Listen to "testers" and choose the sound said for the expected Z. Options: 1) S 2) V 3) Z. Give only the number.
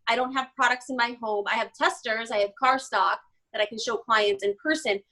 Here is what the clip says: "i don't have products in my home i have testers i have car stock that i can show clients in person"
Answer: 3